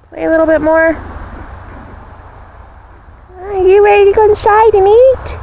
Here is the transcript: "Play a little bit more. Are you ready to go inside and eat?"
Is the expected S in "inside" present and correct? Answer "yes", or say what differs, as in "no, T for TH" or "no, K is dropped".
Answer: no, SH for S